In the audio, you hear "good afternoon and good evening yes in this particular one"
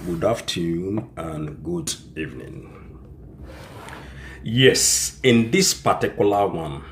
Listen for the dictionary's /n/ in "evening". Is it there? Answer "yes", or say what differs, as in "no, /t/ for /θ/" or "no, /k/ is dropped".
yes